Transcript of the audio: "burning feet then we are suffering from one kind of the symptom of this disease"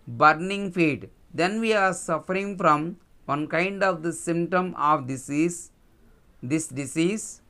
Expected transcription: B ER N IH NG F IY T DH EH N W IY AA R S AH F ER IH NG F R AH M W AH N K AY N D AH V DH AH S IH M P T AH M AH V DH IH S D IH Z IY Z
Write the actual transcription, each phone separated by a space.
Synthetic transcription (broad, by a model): B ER N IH NG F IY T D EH N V IY AA R S AH F ER IH NG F R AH M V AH N K AY N D AH V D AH S IH M P T AH M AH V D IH S D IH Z IY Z